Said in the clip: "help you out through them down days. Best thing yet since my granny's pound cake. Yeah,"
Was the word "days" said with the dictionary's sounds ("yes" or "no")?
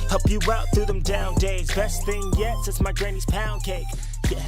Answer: yes